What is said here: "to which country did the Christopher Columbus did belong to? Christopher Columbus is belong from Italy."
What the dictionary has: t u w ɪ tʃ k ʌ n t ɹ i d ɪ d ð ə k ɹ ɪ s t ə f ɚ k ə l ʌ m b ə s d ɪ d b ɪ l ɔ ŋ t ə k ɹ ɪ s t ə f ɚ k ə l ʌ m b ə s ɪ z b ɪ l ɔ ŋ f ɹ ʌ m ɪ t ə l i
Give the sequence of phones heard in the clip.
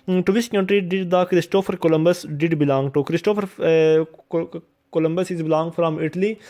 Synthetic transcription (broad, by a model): t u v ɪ s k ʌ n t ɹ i d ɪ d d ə k ɹ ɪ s t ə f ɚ k ə l ʌ m b ə s d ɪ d b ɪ l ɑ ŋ t ə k ɹ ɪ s t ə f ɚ k ə l ʌ m b ə s ɪ z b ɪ l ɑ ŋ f ɹ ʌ m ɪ t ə l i